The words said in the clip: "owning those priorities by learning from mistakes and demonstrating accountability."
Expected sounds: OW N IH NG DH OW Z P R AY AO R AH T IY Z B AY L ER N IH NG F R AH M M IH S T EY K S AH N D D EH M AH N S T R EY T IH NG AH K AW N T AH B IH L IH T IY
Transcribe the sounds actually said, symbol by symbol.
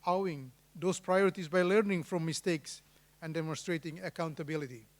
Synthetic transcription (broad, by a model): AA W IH NG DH OW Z P R AY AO R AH T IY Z B AY L ER N IH NG F R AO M M IH S T EY K S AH N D D EH M AH N S T R EY T IH NG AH K AW N T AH B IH L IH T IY